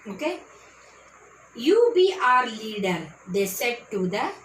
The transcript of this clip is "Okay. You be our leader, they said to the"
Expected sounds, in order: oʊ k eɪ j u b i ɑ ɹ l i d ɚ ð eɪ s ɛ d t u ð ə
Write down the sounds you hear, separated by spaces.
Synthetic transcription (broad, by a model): oʊ k eɪ j u b i ɑ ɹ l i d ɚ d eɪ s ɛ d t u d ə